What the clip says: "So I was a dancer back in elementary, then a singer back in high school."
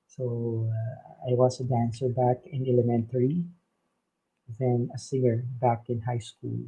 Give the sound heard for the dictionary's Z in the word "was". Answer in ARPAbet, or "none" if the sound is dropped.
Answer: S